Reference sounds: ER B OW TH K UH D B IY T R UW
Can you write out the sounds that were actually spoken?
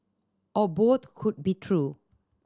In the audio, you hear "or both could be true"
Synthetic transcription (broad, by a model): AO B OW T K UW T B IY T R UW